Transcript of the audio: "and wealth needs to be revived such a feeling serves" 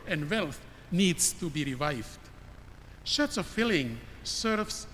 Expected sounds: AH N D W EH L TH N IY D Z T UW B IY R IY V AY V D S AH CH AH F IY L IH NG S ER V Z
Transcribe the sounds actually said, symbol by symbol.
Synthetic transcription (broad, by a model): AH N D W EH L TH N IY D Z T UW B IY R IY V AY V D SH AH S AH F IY L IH NG S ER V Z